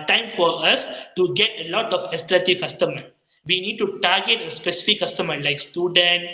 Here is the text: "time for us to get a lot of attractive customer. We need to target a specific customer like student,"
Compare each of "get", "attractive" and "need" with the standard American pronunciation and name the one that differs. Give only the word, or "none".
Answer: attractive